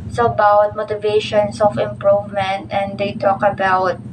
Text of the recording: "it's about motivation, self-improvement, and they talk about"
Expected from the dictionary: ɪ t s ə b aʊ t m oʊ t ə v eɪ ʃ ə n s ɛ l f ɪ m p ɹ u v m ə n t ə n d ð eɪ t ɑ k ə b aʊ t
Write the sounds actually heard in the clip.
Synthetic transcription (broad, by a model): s ə b aʊ t m oʊ t ə v eɪ ʃ ə n s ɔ f ɪ m p ɹ u v m ə n t ə n d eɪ t ɑ k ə b aʊ t